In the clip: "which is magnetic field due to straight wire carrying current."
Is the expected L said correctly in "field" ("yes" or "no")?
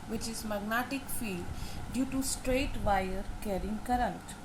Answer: no